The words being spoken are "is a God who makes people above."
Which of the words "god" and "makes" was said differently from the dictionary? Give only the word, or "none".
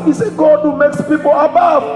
none